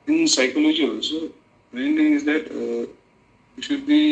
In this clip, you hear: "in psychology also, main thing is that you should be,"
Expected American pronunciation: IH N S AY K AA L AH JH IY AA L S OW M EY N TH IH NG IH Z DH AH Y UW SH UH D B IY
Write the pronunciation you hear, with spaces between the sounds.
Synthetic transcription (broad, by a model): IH N S AY K AA L AH JH IY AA S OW M EY N T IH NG IH Z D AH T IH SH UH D B IY